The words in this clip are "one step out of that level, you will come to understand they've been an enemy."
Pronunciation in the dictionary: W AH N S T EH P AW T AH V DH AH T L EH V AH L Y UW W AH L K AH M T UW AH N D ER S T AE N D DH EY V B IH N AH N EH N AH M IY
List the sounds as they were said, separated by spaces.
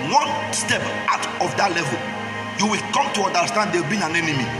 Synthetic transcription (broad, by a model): W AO N S T EH P AW T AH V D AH T L EH V AH L Y UW W AH L K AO M T UW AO N D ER S T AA N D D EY W B IH N AH N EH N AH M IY